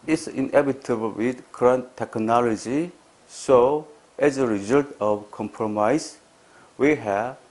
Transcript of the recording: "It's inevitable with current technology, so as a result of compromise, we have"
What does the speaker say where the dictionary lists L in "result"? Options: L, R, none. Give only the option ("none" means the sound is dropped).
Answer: L